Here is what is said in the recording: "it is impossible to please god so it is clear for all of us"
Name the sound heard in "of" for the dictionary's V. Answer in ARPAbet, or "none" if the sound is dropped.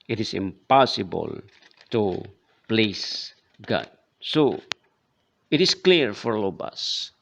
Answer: B